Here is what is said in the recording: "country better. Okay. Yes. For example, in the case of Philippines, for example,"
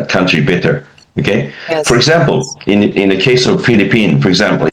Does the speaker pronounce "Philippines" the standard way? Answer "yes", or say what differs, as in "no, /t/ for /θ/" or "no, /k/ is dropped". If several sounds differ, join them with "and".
no, /z/ is dropped